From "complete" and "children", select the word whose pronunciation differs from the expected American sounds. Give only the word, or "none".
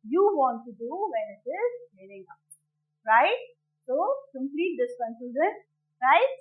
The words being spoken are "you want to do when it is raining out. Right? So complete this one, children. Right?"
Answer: children